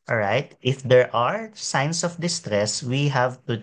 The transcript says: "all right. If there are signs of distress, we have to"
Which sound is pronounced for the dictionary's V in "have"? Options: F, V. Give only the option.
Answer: V